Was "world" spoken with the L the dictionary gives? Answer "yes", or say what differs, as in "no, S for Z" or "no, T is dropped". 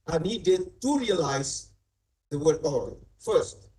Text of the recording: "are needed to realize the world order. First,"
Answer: no, L is dropped